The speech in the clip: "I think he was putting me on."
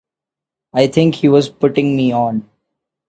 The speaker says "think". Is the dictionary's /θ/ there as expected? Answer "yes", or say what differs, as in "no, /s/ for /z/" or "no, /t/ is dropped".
no, /t/ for /θ/